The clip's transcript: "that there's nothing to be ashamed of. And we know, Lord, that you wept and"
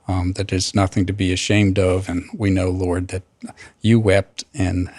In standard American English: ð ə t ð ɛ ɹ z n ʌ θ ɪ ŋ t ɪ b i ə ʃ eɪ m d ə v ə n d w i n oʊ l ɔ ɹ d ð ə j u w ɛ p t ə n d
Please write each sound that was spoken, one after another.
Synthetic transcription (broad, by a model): ð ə t ð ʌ ɹ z n ʌ θ ɪ ŋ t ɪ b i ə ʃ eɪ m d ə v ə n w i n oʊ l ɔ ɹ d ð ə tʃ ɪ w ɛ p t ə n